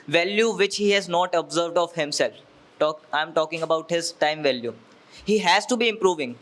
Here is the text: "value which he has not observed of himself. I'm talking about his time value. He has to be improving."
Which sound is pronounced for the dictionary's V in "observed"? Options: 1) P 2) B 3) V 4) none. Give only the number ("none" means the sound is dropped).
3